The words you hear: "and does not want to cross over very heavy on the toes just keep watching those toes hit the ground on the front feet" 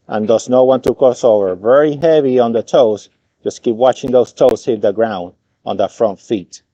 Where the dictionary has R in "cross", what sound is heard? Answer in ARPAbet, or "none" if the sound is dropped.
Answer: none